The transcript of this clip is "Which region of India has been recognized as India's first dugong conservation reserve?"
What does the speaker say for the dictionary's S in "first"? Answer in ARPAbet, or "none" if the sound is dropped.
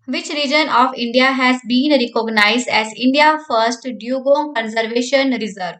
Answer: S